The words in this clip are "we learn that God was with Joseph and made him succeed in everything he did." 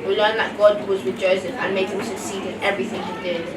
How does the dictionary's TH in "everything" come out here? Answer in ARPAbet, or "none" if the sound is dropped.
TH